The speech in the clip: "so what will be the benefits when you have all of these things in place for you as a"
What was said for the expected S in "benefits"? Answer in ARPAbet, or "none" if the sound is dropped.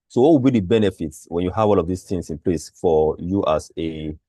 S